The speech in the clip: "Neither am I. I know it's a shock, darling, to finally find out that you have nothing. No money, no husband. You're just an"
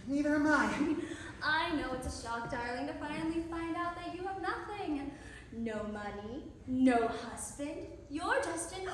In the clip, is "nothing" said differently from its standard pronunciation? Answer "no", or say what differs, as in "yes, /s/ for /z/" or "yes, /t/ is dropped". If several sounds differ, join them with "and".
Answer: no